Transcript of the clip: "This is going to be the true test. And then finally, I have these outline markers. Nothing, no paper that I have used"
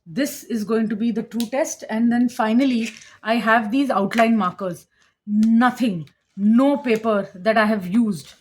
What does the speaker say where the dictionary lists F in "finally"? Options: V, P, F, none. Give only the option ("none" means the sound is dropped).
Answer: F